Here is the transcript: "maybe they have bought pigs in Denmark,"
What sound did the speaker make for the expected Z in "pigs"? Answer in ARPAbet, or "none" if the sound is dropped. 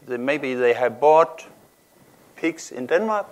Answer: S